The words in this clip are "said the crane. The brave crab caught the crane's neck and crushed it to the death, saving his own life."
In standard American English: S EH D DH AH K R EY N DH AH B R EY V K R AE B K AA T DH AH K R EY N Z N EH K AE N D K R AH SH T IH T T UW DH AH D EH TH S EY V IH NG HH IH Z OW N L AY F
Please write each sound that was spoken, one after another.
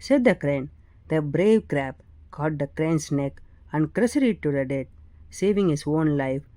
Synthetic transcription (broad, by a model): S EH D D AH K R EY N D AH B R EY V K R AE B K AA T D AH K R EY N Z N EH K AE N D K R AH S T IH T T UW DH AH D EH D S EY V IH NG HH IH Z OW N L AY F